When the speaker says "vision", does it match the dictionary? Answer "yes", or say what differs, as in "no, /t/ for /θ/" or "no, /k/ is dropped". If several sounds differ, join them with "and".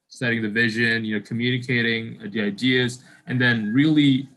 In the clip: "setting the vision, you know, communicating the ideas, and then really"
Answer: yes